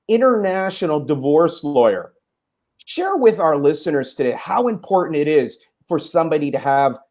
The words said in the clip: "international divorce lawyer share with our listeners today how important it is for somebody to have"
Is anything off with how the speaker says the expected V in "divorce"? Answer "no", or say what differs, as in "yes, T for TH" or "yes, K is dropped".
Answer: no